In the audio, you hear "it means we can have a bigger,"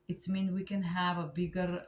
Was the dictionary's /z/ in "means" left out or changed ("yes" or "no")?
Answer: yes